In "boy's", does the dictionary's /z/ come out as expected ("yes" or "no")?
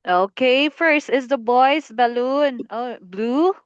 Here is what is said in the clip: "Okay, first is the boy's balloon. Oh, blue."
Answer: no